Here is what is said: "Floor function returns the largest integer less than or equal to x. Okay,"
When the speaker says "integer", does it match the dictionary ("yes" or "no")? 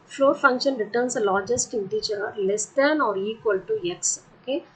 no